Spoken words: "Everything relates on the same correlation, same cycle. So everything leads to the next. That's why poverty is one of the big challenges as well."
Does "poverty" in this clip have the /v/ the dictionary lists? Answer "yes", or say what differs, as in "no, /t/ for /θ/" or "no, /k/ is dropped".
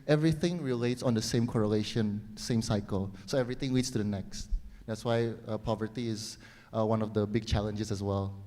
yes